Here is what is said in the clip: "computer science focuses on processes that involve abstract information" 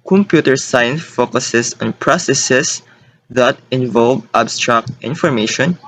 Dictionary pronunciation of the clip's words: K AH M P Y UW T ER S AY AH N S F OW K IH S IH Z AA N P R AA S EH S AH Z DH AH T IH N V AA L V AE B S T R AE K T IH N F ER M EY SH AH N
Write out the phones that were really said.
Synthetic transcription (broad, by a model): K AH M P Y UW T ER S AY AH N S F OW K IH S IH S AA N P R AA S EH S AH S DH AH T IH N V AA L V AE B S T R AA K T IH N F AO M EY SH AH N